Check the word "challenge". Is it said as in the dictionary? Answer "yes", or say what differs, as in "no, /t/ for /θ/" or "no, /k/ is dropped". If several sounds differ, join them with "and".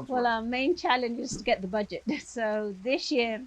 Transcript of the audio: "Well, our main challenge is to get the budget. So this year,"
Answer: yes